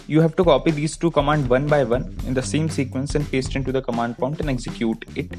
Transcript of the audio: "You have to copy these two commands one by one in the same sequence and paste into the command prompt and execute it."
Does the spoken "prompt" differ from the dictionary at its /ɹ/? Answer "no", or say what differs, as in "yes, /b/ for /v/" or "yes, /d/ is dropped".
yes, /ɹ/ is dropped